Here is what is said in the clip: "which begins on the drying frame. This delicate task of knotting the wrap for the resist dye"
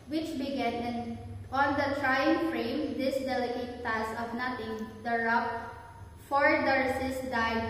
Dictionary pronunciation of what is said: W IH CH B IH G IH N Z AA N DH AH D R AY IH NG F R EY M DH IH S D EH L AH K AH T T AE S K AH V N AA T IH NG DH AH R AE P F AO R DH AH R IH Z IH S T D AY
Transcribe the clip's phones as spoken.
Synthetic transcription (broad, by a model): W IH CH B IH G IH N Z AA N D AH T R AY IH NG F R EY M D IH S D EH L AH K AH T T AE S AH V N AA T IH NG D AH R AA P F AO R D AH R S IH S D AY